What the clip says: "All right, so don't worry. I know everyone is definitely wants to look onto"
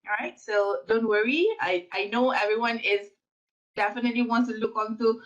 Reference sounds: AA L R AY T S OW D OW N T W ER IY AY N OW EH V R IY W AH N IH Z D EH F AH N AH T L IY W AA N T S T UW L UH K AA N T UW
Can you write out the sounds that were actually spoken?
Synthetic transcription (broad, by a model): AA R AY T S OW D OW N T W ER IY AY N OW EH V R IY W AH N IH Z D EH F AH N AH T L IY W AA N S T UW L UH K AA N T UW